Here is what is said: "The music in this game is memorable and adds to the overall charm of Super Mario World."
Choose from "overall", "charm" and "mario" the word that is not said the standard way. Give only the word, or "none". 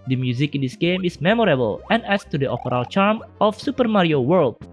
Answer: overall